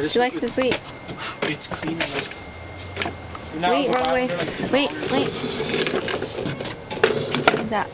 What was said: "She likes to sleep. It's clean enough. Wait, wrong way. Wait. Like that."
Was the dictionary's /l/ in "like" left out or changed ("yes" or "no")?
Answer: yes